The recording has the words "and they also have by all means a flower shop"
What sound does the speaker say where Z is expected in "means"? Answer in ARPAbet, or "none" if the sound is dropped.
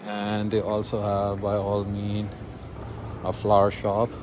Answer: none